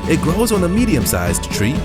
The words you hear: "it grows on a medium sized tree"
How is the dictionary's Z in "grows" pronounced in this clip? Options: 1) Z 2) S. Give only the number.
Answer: 1